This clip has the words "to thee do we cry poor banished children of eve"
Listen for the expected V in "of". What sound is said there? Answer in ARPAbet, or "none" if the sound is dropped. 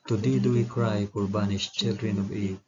B